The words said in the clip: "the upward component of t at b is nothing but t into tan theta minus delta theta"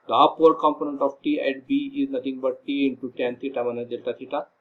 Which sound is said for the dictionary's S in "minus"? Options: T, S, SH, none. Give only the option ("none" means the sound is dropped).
none